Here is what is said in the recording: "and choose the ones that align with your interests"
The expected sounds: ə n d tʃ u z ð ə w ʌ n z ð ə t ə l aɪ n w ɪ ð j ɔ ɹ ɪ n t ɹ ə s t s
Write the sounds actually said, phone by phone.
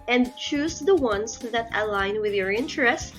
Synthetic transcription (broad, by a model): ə n d tʃ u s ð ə w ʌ n s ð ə t ə l aɪ n w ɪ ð j ɔ ɹ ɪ n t ɹ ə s s